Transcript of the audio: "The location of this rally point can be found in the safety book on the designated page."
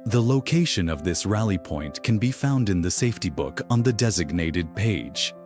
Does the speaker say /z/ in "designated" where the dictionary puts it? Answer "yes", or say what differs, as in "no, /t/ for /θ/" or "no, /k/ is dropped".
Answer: yes